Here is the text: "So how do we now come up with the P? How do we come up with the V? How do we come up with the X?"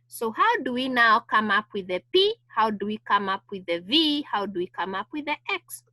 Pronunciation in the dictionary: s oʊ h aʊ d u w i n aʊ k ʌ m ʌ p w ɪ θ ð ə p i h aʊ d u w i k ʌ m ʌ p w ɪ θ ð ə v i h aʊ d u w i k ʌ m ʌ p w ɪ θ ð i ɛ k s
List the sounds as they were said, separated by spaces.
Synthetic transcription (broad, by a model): s oʊ h aʊ d u w i n aʊ k ʌ m ʌ p w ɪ ð ə p i h aʊ d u w i k ʌ m ʌ p w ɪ ð ə v i h aʊ d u w i k ʌ m ʌ p w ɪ ð i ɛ k s